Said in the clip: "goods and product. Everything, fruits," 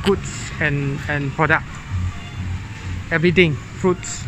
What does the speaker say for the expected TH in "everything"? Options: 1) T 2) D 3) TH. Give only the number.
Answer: 1